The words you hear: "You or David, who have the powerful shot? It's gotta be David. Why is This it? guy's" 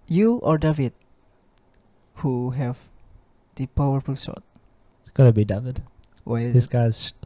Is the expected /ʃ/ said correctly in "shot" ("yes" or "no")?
no